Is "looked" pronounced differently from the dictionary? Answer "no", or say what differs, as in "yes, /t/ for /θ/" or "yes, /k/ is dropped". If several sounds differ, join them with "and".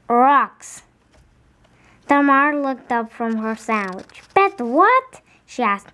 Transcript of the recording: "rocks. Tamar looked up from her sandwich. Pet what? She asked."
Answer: no